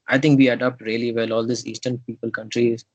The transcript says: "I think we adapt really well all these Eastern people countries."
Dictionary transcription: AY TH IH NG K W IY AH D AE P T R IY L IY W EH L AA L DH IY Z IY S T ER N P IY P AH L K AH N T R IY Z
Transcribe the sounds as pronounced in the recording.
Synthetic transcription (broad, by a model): AY T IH NG K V IY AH D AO P T R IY L IY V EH L AA L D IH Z IY S T ER N P IY P AH L K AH N T R IY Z